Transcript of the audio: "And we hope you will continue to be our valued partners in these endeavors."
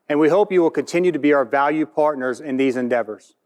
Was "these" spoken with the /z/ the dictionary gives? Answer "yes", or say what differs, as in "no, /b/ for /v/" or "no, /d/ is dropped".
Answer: yes